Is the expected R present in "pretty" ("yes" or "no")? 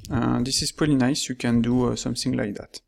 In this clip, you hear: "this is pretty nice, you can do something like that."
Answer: no